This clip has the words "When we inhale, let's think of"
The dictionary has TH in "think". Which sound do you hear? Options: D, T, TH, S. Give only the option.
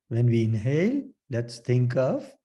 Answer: T